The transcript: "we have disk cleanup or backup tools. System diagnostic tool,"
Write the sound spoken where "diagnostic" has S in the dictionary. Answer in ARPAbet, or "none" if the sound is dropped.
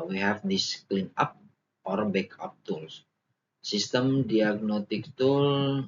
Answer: none